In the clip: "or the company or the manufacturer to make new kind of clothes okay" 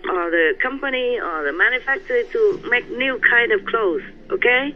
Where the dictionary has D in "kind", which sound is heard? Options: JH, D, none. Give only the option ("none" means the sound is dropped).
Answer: D